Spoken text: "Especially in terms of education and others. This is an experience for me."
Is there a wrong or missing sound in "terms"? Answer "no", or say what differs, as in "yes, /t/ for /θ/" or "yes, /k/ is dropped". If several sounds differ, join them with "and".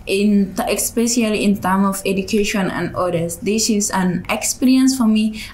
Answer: yes, /z/ is dropped